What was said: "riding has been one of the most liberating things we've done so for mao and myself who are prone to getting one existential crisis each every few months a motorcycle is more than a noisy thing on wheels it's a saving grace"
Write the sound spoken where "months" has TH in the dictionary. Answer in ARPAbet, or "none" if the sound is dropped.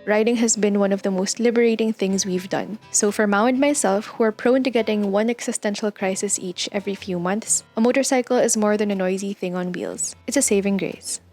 TH